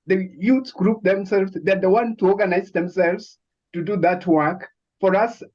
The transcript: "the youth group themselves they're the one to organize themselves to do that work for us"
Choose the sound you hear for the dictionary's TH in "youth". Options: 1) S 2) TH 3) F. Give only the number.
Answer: 1